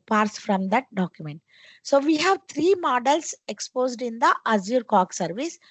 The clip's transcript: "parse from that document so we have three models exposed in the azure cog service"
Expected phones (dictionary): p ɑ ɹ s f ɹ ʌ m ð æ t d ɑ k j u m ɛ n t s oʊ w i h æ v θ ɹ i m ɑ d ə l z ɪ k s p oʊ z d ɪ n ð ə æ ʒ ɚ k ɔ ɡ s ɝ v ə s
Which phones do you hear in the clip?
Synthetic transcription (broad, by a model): p ɑ ɹ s f ɹ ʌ m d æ t d ɑ k j u m ɛ n t s oʊ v i h æ v t ɹ i m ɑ d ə l s ɪ k s p oʊ z d ɪ n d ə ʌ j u k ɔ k s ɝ v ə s